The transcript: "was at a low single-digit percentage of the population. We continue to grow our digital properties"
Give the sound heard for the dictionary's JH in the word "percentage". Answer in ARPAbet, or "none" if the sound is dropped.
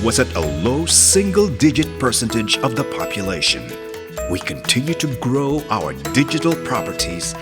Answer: JH